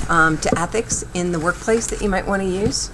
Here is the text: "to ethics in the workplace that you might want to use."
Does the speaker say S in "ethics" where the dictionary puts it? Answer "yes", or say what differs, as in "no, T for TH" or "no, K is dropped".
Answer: yes